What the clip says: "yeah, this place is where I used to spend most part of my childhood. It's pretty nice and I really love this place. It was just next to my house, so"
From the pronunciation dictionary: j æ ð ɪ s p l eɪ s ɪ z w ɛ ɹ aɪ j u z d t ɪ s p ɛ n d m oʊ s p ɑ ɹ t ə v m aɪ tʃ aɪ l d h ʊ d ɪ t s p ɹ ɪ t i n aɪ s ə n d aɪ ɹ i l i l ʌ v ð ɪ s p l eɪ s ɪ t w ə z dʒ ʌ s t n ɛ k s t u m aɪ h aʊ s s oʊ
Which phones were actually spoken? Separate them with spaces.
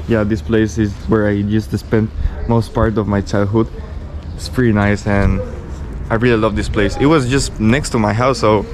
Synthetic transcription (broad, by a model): j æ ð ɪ s p l eɪ s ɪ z w ɛ ɹ aɪ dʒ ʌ s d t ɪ s p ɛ n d m oʊ s p ɑ ɹ t ə v m aɪ tʃ aɪ l d h ʊ d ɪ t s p ɹ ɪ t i n aɪ s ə n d aɪ ɹ i l i l ʌ v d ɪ s p l eɪ s ɪ t w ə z dʒ ʌ s t n ɛ k s t u m aɪ h aʊ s s oʊ